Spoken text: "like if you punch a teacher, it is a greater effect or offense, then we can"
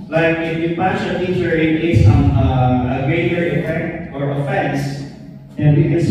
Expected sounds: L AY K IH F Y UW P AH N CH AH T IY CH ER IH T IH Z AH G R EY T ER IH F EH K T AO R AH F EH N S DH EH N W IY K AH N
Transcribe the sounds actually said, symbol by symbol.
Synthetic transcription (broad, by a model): L AY K IH F Y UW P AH CH AH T IY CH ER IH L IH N AH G R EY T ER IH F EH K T AO R AH F EH N S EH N W IY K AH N